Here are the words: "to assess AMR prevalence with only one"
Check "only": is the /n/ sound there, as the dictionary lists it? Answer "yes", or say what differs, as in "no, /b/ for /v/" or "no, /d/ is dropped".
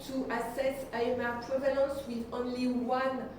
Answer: yes